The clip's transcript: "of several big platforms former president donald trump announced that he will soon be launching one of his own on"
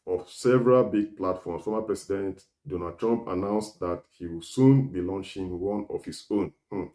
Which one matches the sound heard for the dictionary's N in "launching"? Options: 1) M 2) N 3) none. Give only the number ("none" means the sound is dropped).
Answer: 2